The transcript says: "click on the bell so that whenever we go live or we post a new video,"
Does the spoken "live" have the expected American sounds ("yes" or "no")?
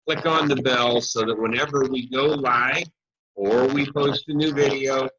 no